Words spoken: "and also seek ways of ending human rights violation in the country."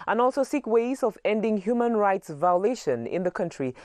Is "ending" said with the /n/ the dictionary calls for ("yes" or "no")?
yes